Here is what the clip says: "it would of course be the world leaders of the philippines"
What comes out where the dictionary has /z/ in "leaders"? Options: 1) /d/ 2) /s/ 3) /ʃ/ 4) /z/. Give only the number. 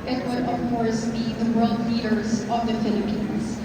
4